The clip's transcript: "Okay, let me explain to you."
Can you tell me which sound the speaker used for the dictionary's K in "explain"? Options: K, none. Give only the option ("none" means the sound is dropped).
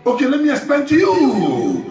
none